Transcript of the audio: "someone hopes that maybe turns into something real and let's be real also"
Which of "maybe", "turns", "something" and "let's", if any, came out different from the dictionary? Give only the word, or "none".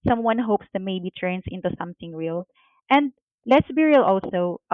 turns